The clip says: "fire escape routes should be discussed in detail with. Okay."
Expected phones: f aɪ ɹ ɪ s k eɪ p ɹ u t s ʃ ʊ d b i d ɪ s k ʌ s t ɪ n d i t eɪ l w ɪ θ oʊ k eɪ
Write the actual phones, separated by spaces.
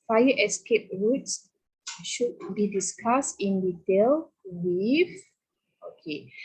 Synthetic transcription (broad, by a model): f aɪ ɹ ɪ s k eɪ p ɹ u t s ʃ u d b i d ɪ s k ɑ s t ɪ n d i t eɪ l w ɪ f oʊ k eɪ